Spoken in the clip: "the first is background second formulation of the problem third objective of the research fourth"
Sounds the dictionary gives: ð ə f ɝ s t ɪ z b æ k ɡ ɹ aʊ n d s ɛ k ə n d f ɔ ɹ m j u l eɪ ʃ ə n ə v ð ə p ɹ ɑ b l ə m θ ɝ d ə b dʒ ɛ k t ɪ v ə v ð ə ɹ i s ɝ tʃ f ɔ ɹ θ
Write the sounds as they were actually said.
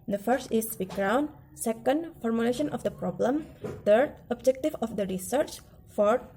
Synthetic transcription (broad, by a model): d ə f ɝ s t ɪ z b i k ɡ ɹ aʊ n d s ɛ k ə n d f ɔ ɹ m j u l eɪ ʃ ə n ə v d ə p ɹ ɑ b l ə m t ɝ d ə b dʒ ɛ k t ɪ v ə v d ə ɹ i s ɝ tʃ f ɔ ɹ